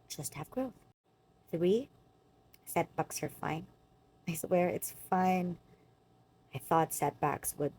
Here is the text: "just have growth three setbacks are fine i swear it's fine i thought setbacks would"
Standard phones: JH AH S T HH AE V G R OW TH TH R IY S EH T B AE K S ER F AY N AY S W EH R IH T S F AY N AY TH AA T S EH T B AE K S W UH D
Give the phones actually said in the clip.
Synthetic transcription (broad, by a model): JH AH S T HH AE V G R OW TH TH R IY S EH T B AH K S ER F AY N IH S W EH R IH T S F AY N AY TH AA T S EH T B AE K S W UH D